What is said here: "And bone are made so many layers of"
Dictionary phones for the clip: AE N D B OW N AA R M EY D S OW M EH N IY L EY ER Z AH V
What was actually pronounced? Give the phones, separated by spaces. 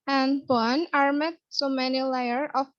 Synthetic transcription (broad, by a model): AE N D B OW N AA R M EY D S OW M EH N IY L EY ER AH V